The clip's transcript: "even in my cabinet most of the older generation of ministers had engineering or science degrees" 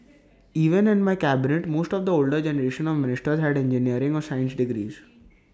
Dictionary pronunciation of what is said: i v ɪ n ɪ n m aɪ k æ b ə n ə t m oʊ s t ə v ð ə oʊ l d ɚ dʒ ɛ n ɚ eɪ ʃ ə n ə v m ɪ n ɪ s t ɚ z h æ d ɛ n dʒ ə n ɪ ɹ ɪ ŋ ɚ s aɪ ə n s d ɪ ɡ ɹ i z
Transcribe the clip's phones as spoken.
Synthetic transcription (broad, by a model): i v ɪ n ɪ n m aɪ k æ b ə n ə t m oʊ s t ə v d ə oʊ l d ɚ dʒ ɛ n ɚ eɪ ʃ ə n ə v m ɪ n ɪ s t ɚ z h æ d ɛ n dʒ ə n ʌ ɹ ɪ ŋ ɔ s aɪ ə n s d ɪ ɡ ɹ i z